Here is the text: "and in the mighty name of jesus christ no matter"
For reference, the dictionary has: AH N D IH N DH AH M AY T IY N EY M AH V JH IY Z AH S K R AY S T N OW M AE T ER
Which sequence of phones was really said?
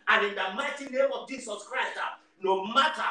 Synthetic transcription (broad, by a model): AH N IH N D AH M AY T IY N EY M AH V JH IY S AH S K R AY S T N OW M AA T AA